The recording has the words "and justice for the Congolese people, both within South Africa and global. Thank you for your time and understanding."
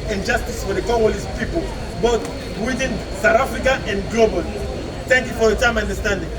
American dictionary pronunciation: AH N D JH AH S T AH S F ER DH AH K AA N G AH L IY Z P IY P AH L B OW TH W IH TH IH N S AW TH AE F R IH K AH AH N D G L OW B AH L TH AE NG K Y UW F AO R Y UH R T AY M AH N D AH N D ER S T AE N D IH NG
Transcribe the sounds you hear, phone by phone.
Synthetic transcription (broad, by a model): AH N JH AH S T AH S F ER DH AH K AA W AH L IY S P IY P AH L B OW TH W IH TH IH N S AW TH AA F R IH K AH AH N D G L OW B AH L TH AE NG K Y UW F AO R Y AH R T AY M AH N D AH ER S T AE N D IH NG